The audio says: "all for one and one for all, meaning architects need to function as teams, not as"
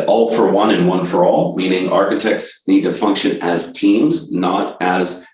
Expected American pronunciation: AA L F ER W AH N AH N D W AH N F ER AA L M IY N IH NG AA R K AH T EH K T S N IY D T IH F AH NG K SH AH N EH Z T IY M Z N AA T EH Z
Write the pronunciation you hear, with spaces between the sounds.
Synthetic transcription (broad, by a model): AA L F ER W AH N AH N W AH N F ER AA L M IY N IH NG AA R K AH T EH K T S N IY D T IH F AH NG K SH AH N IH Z T IY M Z N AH T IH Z